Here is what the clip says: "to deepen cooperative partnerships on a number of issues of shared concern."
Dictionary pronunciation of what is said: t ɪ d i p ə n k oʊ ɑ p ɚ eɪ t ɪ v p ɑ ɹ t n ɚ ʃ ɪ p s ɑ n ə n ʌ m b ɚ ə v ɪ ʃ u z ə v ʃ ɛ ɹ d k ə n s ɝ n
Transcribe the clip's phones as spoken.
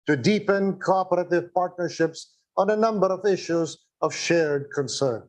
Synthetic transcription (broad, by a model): t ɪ d i p ə n k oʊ ɑ p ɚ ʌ t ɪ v p ɑ ɹ t n ɚ ʃ ɪ p s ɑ n ə n ʌ m b ɚ ə v ɪ ʃ u z ə v ʃ ɛ ɹ d k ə n s ɝ n